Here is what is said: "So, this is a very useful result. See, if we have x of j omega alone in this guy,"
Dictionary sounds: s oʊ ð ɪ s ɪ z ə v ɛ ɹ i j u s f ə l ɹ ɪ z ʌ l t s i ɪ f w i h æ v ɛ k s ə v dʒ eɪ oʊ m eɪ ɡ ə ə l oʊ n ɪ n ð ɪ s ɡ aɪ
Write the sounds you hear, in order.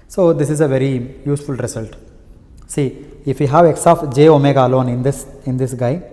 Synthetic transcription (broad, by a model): s oʊ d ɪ s ɪ z ə v ɛ ɹ i j u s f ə l ɹ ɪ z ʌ l t s i ɪ f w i h æ v ɛ k s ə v dʒ eɪ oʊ m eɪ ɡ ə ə n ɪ n ɪ n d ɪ s ɡ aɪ